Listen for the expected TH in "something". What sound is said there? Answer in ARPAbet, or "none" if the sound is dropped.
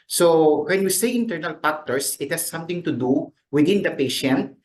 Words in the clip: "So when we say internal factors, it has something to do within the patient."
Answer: T